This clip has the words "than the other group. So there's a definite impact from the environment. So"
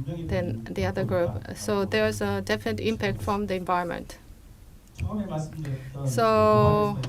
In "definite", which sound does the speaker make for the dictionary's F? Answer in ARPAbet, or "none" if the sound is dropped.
F